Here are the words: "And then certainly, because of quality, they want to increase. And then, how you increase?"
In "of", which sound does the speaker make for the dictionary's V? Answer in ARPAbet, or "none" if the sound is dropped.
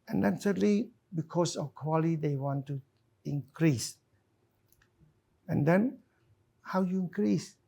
F